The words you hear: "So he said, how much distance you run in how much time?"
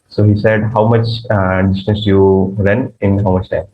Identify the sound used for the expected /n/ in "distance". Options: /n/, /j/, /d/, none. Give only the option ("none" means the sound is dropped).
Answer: none